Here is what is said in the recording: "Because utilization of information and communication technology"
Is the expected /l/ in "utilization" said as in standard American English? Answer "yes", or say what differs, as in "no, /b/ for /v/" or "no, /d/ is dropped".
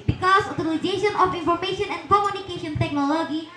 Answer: no, /n/ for /l/